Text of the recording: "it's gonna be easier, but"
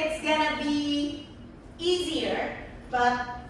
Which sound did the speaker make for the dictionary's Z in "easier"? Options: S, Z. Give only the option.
Z